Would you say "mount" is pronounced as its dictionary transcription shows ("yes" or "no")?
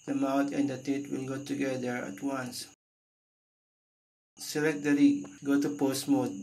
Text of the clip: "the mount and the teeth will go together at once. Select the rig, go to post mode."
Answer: no